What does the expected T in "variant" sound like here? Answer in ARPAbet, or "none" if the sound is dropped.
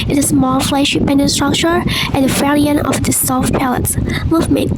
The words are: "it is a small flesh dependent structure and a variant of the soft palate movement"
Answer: none